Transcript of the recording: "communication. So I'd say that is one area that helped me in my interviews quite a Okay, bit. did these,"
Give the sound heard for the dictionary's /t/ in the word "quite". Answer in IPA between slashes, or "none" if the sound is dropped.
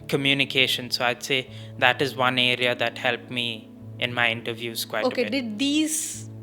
none